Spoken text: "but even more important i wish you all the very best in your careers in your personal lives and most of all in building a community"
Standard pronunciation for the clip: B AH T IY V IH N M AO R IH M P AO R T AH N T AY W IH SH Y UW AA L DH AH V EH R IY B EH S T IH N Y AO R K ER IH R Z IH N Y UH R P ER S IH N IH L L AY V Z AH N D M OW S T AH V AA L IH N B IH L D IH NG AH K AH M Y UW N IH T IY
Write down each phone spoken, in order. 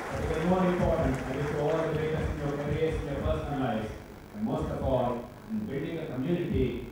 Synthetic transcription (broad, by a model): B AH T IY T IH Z M AO R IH M P AO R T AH N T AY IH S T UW AA L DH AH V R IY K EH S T IH N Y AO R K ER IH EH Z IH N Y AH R P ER S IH N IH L L AY Z AH N D M OW S T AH F AA L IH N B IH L D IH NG AH K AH M Y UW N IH T IY